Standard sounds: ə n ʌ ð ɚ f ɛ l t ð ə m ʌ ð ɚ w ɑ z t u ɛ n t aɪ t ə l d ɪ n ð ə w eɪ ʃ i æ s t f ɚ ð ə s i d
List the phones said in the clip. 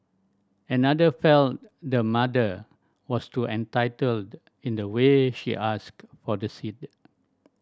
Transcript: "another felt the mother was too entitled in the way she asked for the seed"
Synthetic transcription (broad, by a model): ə n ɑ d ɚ f ɛ l t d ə m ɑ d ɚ w ɑ s t u ɛ n t aɪ t ə l d ɪ n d ə w eɪ ʃ i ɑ s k f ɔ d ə s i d